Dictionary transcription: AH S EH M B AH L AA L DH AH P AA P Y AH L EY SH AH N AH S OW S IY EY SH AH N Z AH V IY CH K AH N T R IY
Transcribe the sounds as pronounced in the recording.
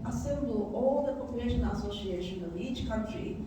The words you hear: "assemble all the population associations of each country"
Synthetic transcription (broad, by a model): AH S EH M B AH L AA L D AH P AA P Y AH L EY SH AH N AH S OW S IY EY SH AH N AH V IY CH K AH N T R IY